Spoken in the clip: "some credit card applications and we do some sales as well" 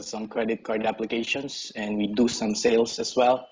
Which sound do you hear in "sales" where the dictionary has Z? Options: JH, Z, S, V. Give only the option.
S